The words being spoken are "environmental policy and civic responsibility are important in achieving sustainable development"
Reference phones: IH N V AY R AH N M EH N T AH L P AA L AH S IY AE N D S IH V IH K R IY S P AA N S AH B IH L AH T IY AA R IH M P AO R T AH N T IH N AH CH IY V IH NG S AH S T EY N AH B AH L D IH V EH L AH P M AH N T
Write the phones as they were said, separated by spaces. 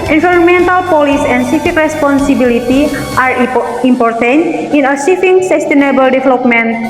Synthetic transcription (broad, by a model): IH N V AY R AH N M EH N T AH L P AA L AH S IY N S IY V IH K R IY S P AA N S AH B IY L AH T IY AA R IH M P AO R T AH N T IH N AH S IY F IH NG S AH S T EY N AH B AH L D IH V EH L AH P M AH N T